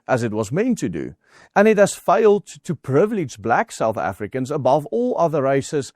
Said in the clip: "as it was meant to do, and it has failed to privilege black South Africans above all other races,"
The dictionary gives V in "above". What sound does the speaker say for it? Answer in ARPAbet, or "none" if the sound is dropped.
V